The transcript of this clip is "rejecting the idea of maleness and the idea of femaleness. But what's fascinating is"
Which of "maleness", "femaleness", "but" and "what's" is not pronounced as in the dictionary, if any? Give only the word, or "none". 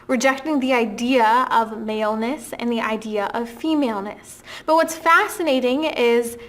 none